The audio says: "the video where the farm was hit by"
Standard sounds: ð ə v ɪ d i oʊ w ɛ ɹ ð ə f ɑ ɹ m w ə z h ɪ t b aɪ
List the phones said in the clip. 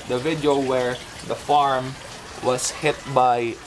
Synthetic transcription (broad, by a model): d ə v ɪ d i oʊ w ɛ ɹ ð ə f ɑ ɹ m w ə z h ɪ t b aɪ